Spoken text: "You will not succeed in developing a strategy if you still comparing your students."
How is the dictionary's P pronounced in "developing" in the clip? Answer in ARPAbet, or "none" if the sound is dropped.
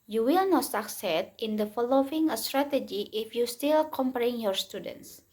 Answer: none